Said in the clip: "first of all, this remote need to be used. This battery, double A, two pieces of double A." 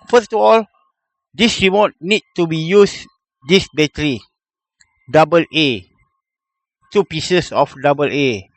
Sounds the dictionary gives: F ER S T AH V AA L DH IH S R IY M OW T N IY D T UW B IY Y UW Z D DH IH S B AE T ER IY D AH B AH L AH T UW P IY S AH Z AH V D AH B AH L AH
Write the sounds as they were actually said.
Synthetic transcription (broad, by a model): F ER S T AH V AA L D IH S R IY M OW T N IY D T UW B IY Y UW S D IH S B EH T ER IY D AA B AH L AH T UW P IY S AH S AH F D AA B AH L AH